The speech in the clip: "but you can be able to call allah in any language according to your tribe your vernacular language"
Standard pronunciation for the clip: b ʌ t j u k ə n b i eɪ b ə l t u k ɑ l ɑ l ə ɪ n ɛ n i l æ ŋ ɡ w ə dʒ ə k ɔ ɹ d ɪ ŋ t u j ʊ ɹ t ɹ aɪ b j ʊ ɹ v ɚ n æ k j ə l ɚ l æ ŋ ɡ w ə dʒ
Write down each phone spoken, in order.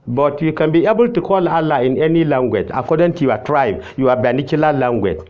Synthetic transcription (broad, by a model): b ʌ t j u k ə n b i eɪ b ə l t u k ɑ l ɑ l ə ɪ n ɛ n i l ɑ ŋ ɡ w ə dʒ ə k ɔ d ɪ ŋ t u j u w t ɹ aɪ b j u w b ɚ n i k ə l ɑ l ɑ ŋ ɡ w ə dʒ